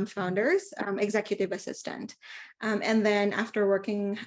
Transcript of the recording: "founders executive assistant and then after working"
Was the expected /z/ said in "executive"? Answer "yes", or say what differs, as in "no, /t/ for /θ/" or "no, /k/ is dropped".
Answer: yes